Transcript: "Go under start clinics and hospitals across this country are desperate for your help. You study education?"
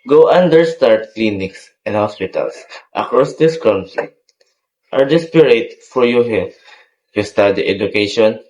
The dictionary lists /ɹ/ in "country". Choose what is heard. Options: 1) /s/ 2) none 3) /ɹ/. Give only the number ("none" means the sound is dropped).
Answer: 2